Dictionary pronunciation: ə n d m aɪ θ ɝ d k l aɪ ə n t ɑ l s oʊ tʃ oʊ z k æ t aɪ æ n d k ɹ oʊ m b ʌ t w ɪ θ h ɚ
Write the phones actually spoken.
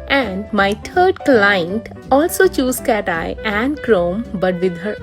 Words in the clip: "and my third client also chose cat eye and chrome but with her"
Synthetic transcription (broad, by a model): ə n d m aɪ t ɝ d k l aɪ ə n t ɑ l s oʊ tʃ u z k æ t aɪ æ n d k ɹ oʊ m b ʌ t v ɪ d h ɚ